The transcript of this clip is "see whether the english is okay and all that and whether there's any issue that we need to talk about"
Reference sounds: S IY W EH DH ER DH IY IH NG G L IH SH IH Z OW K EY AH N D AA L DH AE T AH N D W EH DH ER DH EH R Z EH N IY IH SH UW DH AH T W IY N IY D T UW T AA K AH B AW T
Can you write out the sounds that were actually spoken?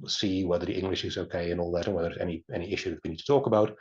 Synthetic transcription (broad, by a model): S IY W EH DH ER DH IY IH NG G L IH SH IH Z OW K EY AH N AA L DH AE T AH N W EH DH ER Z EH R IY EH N IY IH SH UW DH AH T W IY N IY D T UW T AA K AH B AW T